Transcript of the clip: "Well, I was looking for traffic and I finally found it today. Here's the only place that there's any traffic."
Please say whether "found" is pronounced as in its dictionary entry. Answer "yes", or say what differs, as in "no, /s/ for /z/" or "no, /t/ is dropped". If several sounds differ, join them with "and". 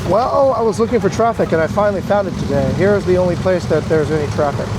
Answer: yes